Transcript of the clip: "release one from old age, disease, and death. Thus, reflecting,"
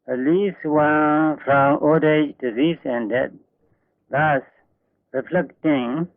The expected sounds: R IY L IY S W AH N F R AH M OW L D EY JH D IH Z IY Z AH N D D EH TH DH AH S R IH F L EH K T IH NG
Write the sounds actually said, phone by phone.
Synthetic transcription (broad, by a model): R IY L IY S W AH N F R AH M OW D EY JH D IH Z IY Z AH N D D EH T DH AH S R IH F L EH K T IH NG